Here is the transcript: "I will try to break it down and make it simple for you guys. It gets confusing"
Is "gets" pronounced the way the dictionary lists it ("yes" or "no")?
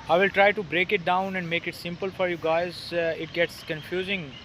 yes